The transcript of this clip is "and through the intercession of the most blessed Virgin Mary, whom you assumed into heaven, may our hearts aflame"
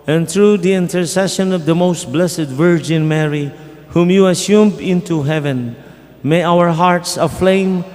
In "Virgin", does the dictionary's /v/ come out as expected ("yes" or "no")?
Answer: yes